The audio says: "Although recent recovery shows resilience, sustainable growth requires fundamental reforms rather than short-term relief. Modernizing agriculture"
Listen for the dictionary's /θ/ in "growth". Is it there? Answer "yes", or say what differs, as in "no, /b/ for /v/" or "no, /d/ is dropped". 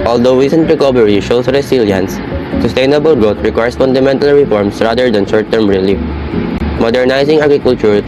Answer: no, /t/ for /θ/